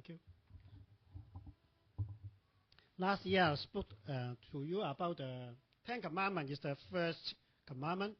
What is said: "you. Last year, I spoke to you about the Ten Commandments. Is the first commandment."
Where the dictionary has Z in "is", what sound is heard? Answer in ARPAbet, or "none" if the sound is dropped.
S